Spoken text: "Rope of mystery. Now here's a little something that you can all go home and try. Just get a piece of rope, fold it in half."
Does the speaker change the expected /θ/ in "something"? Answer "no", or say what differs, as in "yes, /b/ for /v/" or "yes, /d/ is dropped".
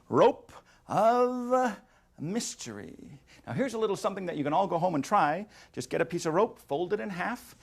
no